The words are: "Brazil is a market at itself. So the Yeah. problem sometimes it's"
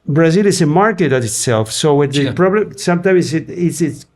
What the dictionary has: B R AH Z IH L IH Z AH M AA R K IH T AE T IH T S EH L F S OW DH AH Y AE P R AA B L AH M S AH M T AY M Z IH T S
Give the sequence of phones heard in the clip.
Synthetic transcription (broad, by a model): B R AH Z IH L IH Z AH M AA R K IH T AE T IH T S EH L F S OW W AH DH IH P R AA B L AH M S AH M T AY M S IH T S